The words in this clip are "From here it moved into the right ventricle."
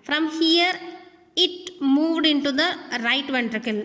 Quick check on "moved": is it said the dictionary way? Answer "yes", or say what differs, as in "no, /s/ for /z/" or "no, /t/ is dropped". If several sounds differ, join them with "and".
yes